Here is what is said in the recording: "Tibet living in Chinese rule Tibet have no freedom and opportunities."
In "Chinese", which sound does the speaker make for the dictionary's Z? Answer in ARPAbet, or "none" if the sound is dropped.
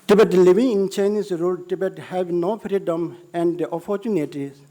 S